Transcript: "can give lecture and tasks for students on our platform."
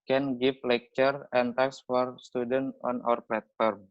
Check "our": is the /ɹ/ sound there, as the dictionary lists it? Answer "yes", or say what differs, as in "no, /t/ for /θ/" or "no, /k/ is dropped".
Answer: yes